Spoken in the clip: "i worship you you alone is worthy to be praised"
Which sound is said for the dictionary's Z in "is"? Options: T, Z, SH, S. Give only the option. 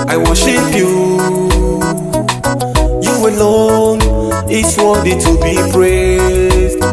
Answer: S